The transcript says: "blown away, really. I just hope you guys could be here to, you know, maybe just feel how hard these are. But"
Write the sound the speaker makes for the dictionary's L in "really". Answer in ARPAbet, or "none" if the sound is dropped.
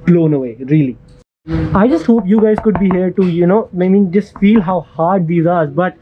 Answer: L